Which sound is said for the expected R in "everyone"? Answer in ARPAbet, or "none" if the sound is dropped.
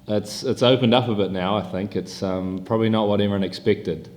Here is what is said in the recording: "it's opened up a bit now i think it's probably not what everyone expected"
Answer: none